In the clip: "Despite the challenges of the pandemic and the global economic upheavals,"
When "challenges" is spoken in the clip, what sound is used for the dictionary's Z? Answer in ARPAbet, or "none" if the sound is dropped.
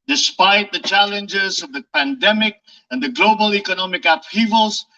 Z